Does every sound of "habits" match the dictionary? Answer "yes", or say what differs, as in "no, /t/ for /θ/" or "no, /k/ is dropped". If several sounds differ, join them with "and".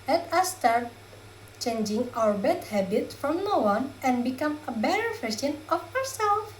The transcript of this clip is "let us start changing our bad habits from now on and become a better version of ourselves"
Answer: no, /s/ is dropped